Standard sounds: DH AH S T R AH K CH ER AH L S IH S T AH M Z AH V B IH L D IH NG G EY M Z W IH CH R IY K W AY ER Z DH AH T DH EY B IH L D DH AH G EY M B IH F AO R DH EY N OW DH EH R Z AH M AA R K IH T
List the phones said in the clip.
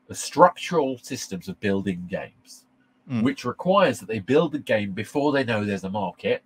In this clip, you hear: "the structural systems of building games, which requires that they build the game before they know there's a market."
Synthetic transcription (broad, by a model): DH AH S T R AH K CH ER AH L S IH S T AH M Z AH V B IH L D IH NG G EY M Z W IH CH R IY K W AY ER Z DH AH T DH EY B IH L D DH AH G EY M B IH F AO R DH EY N OW DH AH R Z AH M AA K IH T